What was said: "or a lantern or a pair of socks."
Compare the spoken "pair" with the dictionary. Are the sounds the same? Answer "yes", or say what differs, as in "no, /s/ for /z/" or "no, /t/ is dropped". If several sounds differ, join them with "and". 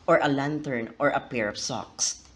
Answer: yes